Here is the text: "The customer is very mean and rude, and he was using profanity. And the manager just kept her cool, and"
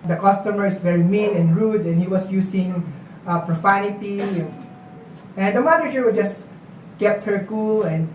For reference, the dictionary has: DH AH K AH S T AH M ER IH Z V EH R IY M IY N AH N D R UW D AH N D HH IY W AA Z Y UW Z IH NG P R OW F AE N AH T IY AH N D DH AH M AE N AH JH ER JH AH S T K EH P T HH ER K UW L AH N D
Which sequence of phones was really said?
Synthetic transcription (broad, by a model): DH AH K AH S T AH M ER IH S V EH R IY M IY N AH N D R UW D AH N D HH IY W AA S Y UW S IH NG P R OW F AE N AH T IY AH N D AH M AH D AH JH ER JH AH S K EH P T HH ER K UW L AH N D